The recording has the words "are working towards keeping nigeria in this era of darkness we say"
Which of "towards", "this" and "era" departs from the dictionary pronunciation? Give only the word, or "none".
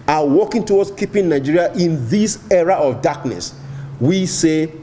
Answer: towards